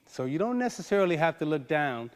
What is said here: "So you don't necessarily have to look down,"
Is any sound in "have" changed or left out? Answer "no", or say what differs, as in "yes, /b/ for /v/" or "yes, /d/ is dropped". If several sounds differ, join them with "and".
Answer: yes, /f/ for /v/